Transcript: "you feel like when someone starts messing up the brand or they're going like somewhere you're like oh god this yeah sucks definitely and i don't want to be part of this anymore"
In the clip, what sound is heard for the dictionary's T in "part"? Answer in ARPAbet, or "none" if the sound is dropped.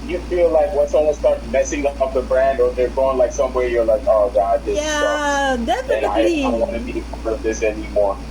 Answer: none